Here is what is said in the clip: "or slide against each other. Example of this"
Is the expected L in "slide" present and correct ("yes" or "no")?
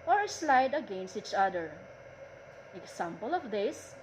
yes